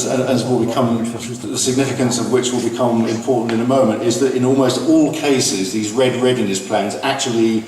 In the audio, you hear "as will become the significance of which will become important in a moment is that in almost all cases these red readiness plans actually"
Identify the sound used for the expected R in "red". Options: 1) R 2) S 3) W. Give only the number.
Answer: 1